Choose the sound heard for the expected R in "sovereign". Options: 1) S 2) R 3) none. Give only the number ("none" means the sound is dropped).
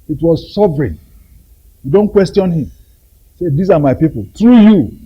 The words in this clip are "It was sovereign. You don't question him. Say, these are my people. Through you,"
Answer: 2